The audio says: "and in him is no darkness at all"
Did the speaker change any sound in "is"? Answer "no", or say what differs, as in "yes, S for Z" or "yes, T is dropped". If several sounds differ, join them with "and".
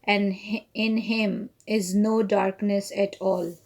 no